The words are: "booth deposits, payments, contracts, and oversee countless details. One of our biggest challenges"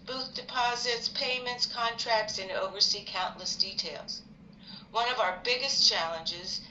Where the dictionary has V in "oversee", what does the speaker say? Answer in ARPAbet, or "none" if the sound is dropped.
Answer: V